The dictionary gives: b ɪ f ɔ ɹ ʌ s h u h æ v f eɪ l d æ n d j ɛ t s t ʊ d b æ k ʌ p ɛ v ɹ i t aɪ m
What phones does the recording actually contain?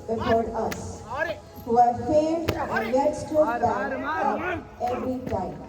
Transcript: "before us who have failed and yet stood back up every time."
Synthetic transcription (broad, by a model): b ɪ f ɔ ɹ ʌ s h u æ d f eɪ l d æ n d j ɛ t s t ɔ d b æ ʌ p ɛ v ɹ i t aɪ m